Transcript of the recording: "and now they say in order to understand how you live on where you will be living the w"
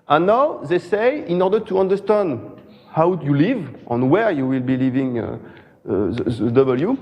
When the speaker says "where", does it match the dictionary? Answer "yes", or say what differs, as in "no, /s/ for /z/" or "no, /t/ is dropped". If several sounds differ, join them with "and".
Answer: yes